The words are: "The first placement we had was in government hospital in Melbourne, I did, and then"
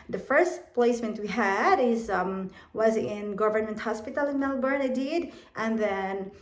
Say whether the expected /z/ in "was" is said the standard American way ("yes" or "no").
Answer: yes